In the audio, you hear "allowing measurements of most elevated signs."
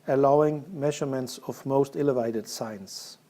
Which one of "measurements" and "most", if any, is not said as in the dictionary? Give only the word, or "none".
none